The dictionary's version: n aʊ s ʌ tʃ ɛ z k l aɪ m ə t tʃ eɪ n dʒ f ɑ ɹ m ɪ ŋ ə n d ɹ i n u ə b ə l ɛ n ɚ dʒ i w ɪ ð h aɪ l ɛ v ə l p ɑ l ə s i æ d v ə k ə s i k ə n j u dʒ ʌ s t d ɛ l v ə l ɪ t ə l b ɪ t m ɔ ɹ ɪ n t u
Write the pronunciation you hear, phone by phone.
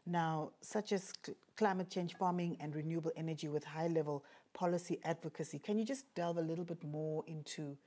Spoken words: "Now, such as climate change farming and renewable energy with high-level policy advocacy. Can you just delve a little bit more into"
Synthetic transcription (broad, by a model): n aʊ s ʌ tʃ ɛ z k l aɪ m ə t tʃ eɪ n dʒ f ɑ m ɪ ŋ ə n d ɹ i n u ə b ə l ɛ n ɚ dʒ i w ɪ ð h aɪ l ɛ v ə l p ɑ l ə s i æ d v ə k ə s i k ə n j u dʒ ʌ s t d ɛ l v ə l ɪ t l b ɪ t m ɔ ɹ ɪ n t u